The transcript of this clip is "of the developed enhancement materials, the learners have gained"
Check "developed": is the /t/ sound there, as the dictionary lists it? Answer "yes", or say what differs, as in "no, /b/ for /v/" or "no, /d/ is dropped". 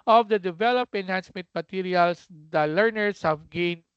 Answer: no, /t/ is dropped